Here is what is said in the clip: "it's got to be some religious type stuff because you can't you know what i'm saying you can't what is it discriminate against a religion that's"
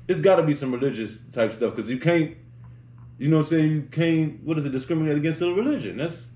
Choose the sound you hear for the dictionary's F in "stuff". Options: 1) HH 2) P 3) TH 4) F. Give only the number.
4